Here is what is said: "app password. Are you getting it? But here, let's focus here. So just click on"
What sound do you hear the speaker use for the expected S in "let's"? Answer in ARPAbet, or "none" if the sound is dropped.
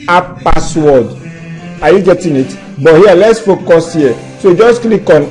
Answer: S